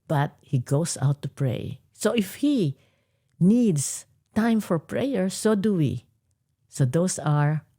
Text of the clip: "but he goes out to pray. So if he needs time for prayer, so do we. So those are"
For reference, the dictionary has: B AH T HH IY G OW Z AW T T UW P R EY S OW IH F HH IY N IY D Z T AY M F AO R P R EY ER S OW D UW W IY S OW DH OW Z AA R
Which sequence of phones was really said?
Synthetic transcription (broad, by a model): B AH T HH IY G OW S AW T T UW P R EY S OW IH F HH IY N IY D S T AY M F AO R P R EY ER S OW D UW W IY S OW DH OW S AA R